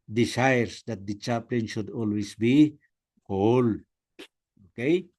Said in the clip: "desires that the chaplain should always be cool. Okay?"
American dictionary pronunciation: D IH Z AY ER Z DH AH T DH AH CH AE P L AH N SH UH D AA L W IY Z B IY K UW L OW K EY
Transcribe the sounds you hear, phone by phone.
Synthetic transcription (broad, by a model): D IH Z AY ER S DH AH T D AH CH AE P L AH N SH UH D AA L W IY S B IY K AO L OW K EY